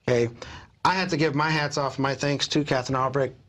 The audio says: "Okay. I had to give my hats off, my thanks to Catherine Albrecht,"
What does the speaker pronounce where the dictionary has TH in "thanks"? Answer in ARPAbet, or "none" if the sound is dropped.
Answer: TH